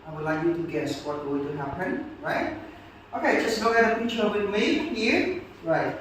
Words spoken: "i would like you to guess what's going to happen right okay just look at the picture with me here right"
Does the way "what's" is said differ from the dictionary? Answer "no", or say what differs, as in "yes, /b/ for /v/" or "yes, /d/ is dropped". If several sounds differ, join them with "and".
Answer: yes, /s/ is dropped